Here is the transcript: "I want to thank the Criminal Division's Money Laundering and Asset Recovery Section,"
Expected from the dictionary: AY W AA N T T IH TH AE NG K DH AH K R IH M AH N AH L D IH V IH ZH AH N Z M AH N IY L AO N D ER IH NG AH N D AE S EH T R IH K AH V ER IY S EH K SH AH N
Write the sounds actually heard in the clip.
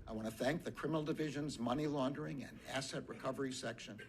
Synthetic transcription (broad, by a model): AY W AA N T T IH TH AE NG K DH AH K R IH M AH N L D IH V IH ZH AH N Z M AH N IY L AO N D ER IH NG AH N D AE S EH T R IH K AH V ER IY S EH K SH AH N